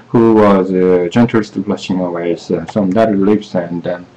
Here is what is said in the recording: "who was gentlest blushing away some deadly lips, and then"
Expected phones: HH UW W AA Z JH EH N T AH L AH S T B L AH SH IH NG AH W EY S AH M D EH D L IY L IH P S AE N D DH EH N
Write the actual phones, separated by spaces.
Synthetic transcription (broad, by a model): HH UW W AA Z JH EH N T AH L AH S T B L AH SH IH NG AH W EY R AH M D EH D IY L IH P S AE N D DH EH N